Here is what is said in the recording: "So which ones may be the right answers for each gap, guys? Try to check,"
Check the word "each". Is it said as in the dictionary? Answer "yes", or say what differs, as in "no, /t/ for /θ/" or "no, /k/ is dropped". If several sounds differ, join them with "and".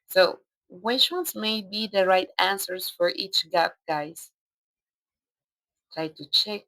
yes